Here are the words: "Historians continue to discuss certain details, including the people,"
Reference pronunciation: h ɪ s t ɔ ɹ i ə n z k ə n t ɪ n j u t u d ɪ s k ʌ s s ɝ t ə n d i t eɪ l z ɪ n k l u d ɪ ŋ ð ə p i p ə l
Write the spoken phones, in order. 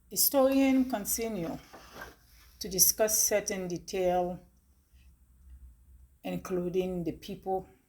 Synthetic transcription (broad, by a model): h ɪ s t ɔ ɹ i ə n k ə n s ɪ n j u t u d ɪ s k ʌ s s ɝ t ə n d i t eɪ l ɪ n k l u d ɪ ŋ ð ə p i p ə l